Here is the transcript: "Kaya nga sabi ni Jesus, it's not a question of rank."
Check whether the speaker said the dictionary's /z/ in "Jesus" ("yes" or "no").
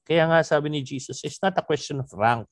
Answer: no